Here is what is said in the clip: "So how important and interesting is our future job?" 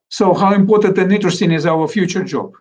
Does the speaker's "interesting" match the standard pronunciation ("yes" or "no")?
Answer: no